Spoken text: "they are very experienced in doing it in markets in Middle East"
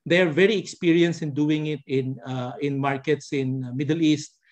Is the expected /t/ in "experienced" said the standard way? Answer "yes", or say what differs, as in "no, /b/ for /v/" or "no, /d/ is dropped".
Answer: no, /t/ is dropped